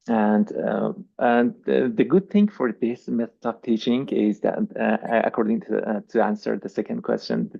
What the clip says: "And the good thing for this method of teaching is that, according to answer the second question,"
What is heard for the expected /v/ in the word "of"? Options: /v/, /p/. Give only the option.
/p/